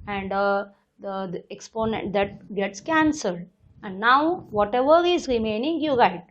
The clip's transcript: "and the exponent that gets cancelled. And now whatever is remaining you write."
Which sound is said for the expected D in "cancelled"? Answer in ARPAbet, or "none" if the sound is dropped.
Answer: D